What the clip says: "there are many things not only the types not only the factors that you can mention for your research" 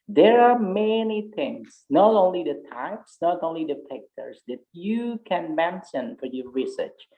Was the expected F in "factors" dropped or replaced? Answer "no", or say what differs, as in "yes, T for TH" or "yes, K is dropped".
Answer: yes, P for F